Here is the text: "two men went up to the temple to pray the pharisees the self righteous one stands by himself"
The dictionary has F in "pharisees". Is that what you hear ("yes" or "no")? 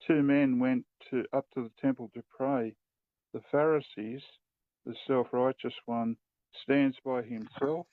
yes